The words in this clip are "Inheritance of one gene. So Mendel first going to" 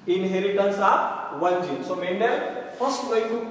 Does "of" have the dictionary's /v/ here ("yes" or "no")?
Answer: no